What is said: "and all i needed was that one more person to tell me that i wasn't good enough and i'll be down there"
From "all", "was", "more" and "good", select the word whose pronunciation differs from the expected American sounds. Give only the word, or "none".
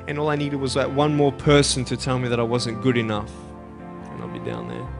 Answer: none